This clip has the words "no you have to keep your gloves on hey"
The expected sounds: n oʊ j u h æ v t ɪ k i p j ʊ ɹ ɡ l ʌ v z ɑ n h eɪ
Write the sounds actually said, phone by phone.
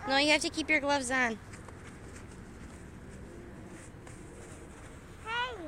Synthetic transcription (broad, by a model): n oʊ j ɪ h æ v t ɪ k i p j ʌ ɹ ɡ l ʌ v z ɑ n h